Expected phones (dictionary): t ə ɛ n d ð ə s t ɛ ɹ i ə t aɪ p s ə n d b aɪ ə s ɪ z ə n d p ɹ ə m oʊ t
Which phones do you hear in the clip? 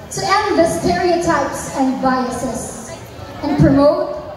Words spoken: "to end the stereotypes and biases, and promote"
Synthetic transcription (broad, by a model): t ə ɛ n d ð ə s t ɛ ɹ i ə t aɪ p s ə n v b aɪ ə s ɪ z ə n p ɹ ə m oʊ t